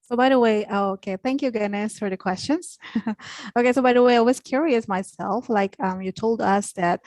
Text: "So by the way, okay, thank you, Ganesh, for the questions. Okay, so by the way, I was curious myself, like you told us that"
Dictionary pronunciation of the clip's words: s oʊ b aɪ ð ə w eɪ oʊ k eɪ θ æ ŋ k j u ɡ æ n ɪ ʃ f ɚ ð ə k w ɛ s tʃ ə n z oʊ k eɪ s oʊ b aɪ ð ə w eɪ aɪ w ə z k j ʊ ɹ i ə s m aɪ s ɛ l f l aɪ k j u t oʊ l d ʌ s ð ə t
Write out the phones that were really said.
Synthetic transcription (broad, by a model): s oʊ b aɪ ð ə w eɪ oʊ k eɪ θ æ ŋ k j u ɡ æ n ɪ s f ɚ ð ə k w ɛ s tʃ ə n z oʊ k eɪ s oʊ b aɪ ð ə w eɪ aɪ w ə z k j ʊ ɹ i ə s m aɪ s ɛ l f l aɪ k j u t oʊ l d ʌ s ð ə t